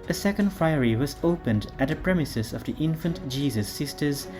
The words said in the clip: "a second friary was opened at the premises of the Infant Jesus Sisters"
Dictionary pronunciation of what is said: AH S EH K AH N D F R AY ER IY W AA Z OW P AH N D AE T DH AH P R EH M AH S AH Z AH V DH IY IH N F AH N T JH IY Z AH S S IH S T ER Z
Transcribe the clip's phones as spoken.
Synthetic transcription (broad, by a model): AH S EH K AH N D F R AY ER IY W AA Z OW P AH N D AE T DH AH P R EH M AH S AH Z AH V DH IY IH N F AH N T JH IY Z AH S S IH S T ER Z